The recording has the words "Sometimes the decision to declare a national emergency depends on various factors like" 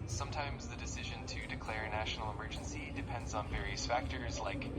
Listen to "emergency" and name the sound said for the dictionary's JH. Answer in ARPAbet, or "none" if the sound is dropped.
JH